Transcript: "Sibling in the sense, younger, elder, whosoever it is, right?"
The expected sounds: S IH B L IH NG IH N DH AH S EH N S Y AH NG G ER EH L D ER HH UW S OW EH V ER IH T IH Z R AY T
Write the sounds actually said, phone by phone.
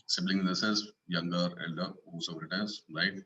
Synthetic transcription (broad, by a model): S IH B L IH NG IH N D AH S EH L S Y AH NG G ER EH L D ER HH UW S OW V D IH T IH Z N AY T